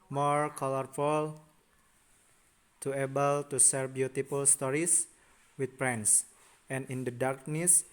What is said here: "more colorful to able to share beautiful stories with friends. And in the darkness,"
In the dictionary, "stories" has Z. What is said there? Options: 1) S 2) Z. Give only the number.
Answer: 1